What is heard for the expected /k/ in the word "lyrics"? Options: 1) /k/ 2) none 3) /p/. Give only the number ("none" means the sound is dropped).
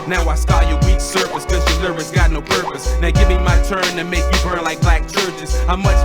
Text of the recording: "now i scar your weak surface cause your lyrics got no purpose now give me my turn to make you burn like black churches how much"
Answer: 2